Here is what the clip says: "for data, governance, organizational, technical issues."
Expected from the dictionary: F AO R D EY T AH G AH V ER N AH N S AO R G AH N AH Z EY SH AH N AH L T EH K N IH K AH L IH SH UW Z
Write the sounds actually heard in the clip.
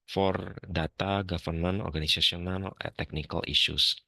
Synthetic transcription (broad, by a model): F AO R D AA T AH G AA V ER N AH N AO R G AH N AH S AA S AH N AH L T EH K N IH K AH L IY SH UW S